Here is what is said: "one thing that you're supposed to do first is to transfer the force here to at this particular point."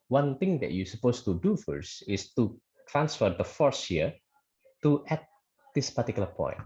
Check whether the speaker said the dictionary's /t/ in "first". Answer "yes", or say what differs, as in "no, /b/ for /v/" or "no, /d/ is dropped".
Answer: no, /t/ is dropped